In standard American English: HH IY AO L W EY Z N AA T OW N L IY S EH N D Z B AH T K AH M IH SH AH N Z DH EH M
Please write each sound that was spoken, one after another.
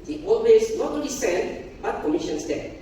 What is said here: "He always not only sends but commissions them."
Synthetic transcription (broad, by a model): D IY AO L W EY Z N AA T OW L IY S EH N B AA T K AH M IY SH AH N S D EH